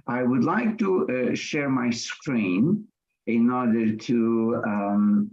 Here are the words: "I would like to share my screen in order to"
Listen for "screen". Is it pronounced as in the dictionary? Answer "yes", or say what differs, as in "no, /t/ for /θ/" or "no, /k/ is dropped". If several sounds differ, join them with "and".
yes